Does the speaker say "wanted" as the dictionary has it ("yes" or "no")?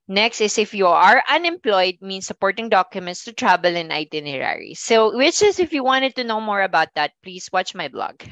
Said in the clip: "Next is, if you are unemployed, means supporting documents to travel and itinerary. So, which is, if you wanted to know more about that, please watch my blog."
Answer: yes